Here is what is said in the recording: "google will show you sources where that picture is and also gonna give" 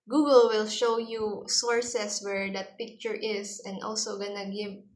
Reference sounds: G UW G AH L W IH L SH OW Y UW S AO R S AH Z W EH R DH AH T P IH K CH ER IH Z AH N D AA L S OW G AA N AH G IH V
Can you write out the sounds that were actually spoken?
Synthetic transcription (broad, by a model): G UW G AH L W IH L SH OW Y UW S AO R S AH S W EH R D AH T P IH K CH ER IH S AH N D AA L S OW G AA N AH G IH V